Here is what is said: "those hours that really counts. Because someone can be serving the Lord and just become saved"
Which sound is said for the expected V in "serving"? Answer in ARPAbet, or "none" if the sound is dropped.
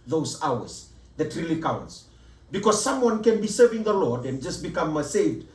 V